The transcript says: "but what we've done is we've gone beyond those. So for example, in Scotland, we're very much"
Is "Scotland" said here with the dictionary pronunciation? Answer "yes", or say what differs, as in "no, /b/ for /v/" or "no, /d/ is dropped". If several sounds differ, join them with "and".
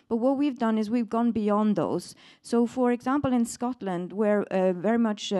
yes